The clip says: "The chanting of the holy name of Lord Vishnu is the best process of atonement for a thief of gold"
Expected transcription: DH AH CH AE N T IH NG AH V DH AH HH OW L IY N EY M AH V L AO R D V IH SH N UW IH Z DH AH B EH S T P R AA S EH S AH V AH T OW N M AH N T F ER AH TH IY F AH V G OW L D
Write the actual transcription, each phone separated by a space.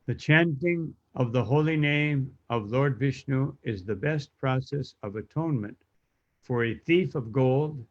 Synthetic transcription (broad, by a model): DH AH CH AE N T IH NG AH V DH AH HH OW L IY N EY M AH V L AO R D V IH SH N UW IH Z DH AH B EH S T P R AA S EH S AH V AH T OW N M AH N T F ER AH TH IY F AH V G OW L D